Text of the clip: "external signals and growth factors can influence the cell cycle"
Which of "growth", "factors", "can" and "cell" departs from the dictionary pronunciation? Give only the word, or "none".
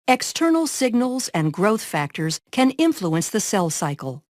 none